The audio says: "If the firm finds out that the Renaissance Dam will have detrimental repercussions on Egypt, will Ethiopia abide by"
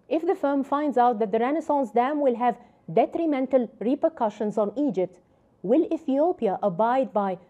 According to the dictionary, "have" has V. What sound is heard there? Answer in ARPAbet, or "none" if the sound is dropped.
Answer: V